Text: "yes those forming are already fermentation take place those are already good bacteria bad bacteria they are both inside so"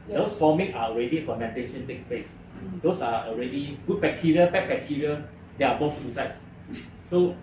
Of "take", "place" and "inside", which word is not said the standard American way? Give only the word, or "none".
inside